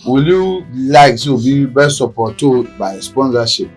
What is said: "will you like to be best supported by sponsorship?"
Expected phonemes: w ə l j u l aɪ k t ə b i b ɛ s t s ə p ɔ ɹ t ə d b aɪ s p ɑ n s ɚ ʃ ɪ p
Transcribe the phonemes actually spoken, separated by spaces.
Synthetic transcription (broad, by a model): w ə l j u l aɪ k s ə b i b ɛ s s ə p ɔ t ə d b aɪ s p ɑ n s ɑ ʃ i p